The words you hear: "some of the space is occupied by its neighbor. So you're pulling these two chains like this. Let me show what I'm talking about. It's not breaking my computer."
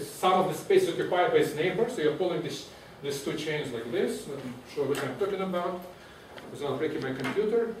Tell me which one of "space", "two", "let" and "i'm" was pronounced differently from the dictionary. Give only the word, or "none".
let